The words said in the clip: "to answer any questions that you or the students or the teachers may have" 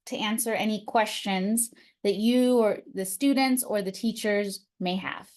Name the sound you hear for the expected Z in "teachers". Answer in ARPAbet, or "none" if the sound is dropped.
Z